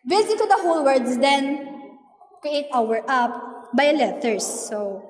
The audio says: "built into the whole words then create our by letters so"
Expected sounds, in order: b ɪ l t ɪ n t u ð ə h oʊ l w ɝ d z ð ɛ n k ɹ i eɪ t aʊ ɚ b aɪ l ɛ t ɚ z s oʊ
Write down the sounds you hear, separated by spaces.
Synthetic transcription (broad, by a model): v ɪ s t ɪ t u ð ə h oʊ l w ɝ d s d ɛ n k ɹ i eɪ t aʊ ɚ b aɪ l ɛ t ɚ s oʊ